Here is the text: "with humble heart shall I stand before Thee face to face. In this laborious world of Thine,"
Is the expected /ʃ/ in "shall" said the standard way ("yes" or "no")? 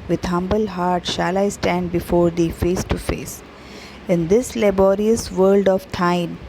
yes